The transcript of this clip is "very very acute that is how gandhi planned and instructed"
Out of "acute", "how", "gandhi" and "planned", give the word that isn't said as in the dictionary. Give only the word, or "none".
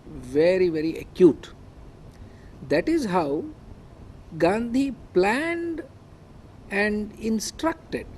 none